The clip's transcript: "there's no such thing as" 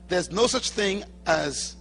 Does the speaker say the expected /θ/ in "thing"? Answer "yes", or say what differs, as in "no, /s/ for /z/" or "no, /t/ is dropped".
yes